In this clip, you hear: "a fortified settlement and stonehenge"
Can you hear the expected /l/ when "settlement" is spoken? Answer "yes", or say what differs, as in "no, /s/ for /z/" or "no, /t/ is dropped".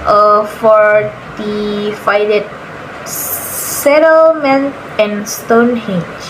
yes